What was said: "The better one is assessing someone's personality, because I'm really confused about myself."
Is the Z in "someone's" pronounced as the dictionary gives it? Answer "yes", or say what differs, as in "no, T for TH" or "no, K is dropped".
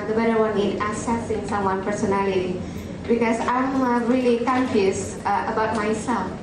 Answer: no, Z is dropped